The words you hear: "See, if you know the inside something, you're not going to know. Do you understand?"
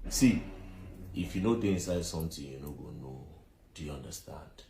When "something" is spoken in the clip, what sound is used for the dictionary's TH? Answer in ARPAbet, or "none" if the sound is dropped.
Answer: T